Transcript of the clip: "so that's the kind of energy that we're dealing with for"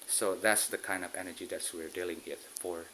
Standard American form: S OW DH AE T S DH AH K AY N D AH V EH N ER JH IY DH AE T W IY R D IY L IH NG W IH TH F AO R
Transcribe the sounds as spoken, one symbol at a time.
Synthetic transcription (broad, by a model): S OW DH AE T S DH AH K AY N D AH V EH N ER JH IY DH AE T W IY R D IY L IH NG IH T F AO R